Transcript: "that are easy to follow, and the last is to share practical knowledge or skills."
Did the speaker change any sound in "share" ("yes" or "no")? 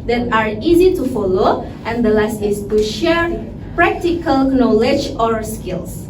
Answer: no